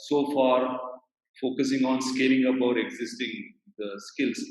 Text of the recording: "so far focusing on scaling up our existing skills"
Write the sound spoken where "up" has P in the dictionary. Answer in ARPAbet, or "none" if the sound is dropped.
B